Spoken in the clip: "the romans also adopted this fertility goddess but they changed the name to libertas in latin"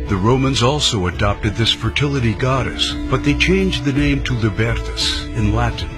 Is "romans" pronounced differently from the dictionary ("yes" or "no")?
no